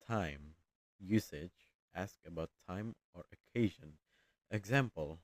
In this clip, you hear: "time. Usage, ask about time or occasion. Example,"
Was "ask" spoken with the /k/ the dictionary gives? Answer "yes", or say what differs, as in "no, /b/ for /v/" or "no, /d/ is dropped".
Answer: yes